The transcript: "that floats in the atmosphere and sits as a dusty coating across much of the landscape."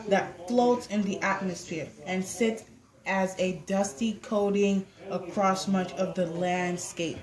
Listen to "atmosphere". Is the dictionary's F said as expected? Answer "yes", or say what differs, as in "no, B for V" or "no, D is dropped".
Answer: yes